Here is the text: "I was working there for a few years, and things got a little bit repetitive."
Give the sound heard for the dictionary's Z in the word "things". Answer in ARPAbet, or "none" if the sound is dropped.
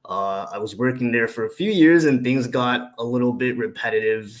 Z